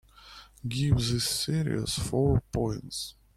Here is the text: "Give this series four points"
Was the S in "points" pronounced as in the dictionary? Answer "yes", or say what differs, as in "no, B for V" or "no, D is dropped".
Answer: yes